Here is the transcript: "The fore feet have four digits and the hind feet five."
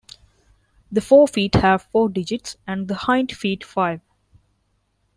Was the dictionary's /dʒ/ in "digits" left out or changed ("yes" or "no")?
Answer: no